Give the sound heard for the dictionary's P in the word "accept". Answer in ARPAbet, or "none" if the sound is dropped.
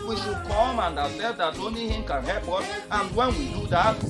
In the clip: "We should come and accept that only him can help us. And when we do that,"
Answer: none